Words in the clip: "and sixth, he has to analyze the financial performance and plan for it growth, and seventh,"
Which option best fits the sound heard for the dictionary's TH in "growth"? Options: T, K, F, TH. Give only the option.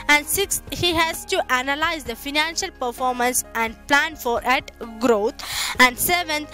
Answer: T